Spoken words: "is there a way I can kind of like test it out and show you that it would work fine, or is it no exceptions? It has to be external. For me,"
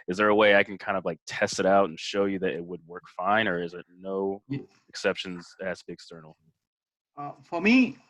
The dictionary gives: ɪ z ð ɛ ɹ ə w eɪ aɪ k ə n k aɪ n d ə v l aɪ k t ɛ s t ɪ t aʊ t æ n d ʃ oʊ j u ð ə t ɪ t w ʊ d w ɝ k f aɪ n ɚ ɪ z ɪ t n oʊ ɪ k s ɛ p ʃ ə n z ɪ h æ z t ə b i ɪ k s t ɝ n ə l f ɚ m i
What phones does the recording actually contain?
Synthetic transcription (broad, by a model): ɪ z ð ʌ ɹ ə w eɪ aɪ k n k aɪ n d ə v l aɪ k t ɛ s t ɪ t aʊ t n ʃ oʊ j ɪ ð ə t ɪ t w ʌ d w ɝ k f aɪ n ɚ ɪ z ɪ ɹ n oʊ ɪ k s ɛ p ʃ ə n z ɪ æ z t b i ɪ k s t ɝ n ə f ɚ m i